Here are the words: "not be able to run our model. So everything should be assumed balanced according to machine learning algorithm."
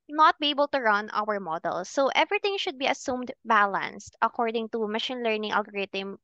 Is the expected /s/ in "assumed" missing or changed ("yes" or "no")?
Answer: no